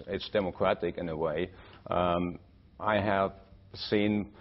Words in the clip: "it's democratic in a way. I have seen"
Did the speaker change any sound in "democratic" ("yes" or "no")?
no